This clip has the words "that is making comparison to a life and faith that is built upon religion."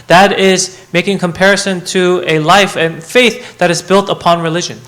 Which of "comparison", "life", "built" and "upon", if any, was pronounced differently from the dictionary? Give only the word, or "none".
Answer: none